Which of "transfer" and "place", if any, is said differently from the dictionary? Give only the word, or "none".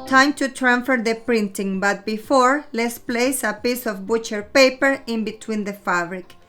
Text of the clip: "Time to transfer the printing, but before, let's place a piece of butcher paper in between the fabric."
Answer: transfer